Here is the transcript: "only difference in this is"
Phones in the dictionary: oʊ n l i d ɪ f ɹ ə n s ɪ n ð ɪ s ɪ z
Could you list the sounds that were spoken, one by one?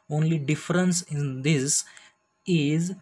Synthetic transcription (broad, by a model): oʊ n l i d ɪ f ɹ ə n s ɪ n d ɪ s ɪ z